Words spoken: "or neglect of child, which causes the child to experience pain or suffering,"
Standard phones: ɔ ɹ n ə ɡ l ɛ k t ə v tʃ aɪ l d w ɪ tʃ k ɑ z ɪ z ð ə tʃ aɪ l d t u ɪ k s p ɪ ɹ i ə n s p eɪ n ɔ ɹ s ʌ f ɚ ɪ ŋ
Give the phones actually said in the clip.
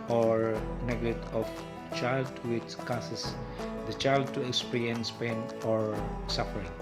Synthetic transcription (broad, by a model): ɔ ɹ n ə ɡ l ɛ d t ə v tʃ aɪ l d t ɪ s k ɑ s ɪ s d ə tʃ aɪ l d t u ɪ k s p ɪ ɹ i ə n s p eɪ n ɔ ɹ s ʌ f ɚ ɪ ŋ